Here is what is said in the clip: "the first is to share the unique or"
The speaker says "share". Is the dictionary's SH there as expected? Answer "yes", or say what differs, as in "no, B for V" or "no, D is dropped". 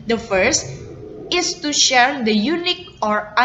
yes